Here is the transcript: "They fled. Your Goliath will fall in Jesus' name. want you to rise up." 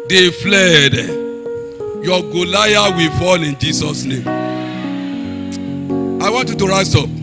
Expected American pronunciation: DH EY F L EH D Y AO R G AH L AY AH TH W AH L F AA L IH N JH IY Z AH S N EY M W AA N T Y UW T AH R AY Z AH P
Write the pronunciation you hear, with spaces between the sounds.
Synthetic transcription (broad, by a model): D EY F L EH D Y AO G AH L AY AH W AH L F AA L IH N JH IY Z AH S N EY M W AA N T Y UW T AH R AY S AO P